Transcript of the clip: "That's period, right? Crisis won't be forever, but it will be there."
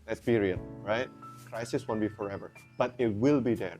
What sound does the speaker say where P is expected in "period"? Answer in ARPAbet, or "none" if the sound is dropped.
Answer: B